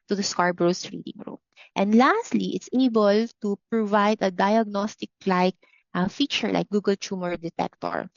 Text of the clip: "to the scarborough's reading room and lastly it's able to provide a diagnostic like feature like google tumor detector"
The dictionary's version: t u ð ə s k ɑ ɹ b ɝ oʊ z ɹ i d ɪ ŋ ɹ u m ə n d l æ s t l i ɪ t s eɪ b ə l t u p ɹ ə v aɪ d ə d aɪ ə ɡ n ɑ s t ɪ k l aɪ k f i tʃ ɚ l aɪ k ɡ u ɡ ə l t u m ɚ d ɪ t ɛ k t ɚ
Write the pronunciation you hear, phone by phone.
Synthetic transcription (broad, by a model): t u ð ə s k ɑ ɹ b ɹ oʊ s ɹ i d ɪ ŋ ɹ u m ə n d l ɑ s t l i ɪ t s eɪ b ə l t u p ɹ ə v aɪ d ə d aɪ ə ɡ n ɑ s t ɪ k l aɪ k f i tʃ ɚ l aɪ k ɡ u ɡ ə l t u m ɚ d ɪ t ɛ k t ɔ